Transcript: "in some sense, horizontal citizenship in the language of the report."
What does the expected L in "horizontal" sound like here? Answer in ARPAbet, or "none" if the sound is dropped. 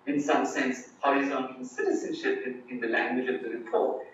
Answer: N